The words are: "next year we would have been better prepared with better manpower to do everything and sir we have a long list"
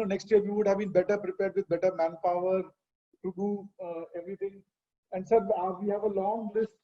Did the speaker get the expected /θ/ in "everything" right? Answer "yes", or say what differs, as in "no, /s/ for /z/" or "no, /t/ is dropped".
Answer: no, /t/ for /θ/